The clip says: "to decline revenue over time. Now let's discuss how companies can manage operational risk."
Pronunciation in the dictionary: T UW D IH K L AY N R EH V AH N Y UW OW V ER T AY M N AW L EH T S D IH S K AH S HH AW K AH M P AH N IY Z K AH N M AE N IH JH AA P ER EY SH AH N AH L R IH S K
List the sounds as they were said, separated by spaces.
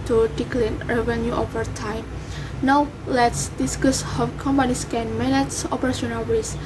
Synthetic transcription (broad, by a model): T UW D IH K L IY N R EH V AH N Y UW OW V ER T AY M N AW L EH T S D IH S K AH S HH AW K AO M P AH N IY S K AH N M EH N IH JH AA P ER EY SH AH N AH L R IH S